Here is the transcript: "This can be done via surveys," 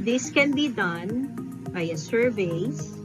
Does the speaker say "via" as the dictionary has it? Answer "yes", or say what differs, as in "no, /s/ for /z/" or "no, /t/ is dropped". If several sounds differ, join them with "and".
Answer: no, /b/ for /v/